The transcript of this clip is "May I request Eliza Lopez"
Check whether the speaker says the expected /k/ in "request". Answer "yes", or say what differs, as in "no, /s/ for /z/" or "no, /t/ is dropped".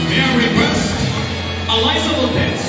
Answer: no, /k/ is dropped